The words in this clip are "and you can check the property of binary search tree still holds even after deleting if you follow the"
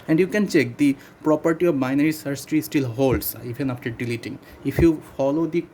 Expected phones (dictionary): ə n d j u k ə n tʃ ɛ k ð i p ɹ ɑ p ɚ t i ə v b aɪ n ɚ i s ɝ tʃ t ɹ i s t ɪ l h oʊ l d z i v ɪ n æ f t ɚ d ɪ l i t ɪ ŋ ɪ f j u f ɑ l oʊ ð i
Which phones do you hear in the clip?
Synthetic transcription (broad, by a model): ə n d j u k ə n tʃ ɛ k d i p ɹ ɑ p ɚ t i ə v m aɪ n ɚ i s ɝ s t ɹ i s t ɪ l h oʊ l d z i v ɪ n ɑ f t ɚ d ɪ l i t ɪ ŋ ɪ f j u f ɑ l oʊ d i